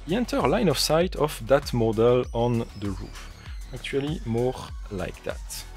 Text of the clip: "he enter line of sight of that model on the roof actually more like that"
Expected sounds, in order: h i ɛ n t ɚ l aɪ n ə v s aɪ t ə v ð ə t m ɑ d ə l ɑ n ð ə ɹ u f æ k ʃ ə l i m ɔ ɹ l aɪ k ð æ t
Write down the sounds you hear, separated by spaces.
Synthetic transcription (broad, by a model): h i ɛ n t ɚ l aɪ n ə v s aɪ t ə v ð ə t m ɑ d ə l ɑ n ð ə ɹ u f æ k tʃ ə l i m ɔ ɹ l aɪ k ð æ t